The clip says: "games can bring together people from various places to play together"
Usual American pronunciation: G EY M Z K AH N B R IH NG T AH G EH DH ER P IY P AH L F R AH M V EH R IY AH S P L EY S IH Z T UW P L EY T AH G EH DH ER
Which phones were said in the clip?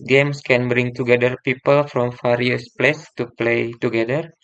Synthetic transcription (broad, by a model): G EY M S K AH N B R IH NG T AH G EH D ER P IY P AH L F R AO M F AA R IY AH S P L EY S T UW P L EY T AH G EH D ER